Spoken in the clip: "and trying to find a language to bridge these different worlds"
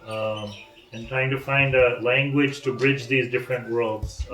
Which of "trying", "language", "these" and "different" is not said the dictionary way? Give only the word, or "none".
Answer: none